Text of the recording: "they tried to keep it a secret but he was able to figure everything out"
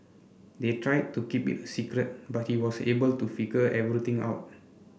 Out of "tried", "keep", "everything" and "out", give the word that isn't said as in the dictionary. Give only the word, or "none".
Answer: everything